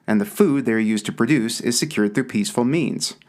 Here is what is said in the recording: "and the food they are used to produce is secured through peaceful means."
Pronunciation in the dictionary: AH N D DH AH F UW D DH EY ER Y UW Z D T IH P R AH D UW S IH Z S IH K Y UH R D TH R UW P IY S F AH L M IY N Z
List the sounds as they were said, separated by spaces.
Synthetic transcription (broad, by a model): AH N DH AH F UW D DH EY ER Y UW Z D T IH P R AH D UW S IH Z S IH K Y UH R D TH R UW P IY S F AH L M IY N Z